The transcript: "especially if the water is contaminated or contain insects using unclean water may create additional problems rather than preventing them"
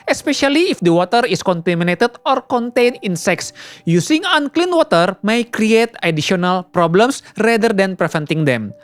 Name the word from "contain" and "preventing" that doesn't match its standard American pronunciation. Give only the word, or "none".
preventing